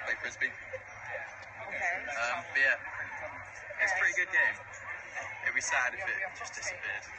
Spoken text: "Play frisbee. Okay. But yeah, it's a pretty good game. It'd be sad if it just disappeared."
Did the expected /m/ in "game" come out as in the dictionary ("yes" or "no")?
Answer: no